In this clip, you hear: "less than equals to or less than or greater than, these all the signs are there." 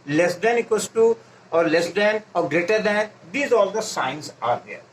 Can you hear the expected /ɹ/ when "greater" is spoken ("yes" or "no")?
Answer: yes